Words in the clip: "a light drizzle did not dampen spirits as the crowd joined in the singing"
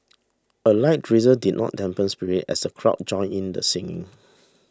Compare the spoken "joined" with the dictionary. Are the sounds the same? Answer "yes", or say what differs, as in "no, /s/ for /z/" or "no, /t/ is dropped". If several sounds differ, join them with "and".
no, /d/ is dropped